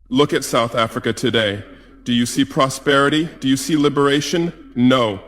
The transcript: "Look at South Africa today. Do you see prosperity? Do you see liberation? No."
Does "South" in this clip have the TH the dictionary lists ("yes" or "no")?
yes